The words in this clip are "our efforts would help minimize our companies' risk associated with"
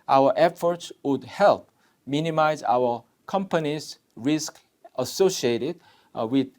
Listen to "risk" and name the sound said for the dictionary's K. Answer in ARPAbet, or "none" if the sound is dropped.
K